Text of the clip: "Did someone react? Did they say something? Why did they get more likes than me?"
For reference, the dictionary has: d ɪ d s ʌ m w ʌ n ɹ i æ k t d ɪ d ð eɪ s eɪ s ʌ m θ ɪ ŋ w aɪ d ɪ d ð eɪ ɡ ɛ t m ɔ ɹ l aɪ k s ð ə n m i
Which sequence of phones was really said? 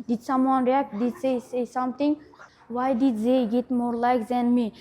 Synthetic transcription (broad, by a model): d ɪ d s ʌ m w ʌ n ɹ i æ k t d ɪ d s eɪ s eɪ s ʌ m t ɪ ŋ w aɪ d ɪ d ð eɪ ɡ ɛ t m ɔ ɹ l aɪ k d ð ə n m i